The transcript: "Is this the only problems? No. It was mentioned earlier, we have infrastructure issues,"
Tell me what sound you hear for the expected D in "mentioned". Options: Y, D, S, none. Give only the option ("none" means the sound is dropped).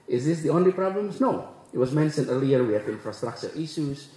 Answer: none